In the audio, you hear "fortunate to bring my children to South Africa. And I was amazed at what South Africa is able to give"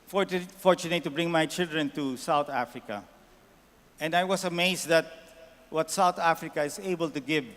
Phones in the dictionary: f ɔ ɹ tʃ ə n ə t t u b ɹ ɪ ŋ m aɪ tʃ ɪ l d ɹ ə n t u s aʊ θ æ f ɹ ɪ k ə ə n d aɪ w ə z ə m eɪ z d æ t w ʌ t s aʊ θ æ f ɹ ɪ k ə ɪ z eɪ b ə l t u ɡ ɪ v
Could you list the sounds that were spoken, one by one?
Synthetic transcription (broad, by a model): f ɔ ɹ tʃ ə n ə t t u b ɹ ɪ ŋ m aɪ tʃ ɪ l d ɹ ə n t u s aʊ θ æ f ɹ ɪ k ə ə n d aɪ w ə s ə m eɪ s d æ t w ʌ t s aʊ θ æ f ɹ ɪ k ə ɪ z eɪ b ə l t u ɡ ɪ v